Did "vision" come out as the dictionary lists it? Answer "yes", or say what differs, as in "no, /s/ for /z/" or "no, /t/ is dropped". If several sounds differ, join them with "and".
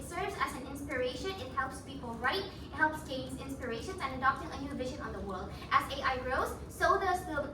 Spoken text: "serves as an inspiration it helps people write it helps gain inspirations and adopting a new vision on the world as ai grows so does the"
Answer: yes